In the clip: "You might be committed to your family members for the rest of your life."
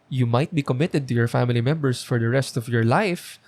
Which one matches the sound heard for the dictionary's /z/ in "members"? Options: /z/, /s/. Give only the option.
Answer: /s/